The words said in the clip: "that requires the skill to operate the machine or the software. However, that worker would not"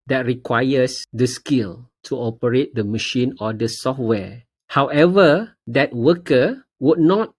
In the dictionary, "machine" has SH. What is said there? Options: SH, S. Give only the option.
SH